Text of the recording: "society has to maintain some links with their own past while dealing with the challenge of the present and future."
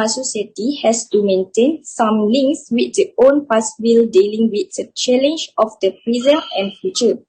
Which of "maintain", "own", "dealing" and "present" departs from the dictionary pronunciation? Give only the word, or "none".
present